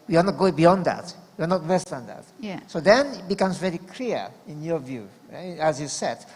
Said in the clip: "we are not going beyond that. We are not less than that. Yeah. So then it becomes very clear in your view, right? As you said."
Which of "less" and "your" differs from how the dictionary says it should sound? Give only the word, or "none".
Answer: less